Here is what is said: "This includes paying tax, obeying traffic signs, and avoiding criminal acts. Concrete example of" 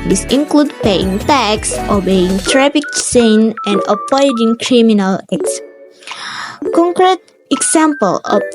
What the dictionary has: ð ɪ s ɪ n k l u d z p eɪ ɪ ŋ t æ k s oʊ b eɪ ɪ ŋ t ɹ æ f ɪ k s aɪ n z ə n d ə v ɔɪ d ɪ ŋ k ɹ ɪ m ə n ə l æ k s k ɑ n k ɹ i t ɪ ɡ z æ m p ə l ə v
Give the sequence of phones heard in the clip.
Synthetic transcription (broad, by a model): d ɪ s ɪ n k l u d p eɪ ɪ ŋ t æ k s oʊ b eɪ ɪ ŋ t ɹ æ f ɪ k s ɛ n ə n d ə p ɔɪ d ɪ ŋ k ɹ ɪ m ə n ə l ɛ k s k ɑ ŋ k ɹ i t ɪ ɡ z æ m p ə l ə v